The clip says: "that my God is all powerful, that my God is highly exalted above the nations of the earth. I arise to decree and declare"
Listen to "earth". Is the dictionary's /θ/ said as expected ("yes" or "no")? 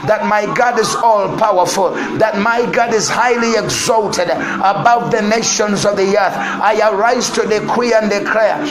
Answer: yes